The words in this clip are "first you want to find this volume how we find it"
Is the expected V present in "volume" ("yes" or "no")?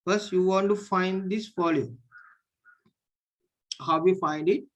no